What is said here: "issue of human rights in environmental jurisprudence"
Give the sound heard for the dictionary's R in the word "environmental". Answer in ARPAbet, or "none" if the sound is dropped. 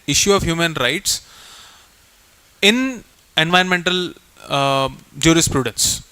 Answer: none